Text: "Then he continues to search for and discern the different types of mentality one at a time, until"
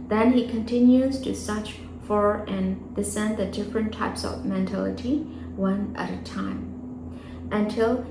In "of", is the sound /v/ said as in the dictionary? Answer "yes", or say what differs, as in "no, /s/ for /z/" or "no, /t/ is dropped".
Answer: yes